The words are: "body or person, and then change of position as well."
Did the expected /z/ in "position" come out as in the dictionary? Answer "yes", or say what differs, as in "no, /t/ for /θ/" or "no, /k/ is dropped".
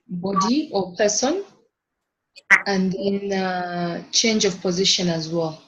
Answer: yes